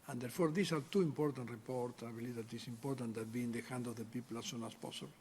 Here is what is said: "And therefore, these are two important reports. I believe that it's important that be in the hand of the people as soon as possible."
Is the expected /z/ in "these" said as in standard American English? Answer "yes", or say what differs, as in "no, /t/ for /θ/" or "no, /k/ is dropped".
no, /s/ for /z/